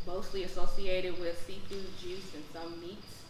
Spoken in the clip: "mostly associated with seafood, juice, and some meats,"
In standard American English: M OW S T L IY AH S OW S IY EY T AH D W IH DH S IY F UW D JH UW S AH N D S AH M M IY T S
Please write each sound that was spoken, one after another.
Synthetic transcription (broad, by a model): M OW S T L IY AH S OW S IY EY T AH D W IH DH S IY P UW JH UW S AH N S AH M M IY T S